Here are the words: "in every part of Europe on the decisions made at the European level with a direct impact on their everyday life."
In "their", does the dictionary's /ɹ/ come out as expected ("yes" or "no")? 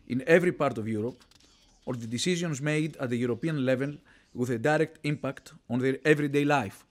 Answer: yes